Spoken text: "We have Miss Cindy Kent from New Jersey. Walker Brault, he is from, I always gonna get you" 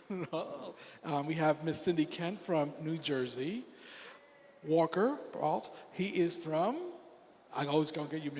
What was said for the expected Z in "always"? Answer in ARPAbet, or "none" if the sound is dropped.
Z